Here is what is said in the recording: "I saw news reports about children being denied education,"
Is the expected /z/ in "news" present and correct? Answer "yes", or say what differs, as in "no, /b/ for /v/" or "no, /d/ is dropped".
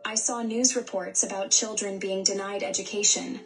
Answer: yes